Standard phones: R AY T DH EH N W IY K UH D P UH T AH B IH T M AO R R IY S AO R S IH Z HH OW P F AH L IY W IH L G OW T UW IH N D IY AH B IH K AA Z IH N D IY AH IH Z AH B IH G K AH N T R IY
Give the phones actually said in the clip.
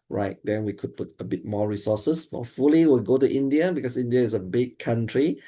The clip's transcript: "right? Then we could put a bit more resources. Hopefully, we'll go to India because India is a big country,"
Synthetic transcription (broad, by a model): R AY T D EH N W IY K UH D P UH T AH B IH T M AO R R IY S AO S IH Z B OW F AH L IY W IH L G OW T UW IH N D IY AH B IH K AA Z IH N D IY AH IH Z AH B IH G K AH N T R IY